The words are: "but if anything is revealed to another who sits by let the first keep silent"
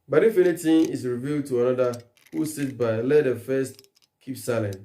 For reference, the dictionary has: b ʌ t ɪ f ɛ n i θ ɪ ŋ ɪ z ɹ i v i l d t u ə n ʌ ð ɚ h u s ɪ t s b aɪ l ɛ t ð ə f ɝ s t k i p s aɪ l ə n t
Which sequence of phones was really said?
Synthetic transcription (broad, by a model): b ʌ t ɪ f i l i t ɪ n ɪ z ɹ i v i l d t u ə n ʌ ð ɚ h u s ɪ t b aɪ l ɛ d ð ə f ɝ s t k i p s aɪ l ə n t